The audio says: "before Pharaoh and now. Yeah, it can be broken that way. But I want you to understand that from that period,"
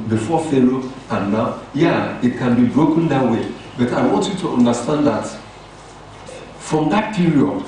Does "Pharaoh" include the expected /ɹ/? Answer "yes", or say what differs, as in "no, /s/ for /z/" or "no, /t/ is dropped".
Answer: no, /l/ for /ɹ/